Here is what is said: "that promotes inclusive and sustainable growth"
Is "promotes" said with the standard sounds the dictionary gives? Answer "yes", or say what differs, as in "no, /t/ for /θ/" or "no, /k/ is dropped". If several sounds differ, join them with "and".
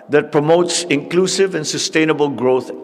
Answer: yes